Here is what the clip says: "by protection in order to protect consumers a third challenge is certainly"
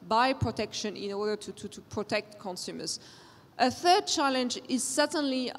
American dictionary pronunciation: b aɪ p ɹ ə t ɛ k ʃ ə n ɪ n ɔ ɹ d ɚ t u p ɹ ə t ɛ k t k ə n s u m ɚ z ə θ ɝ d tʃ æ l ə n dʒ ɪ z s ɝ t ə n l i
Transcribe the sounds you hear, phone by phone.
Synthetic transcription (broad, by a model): b aɪ p ɹ ə t ɛ k ʃ ə n ɪ n ɔ ɹ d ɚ t u p ɹ ə t ɛ k t k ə n s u m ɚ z ə θ ɝ d tʃ æ l ə n dʒ ɪ z s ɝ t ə n l i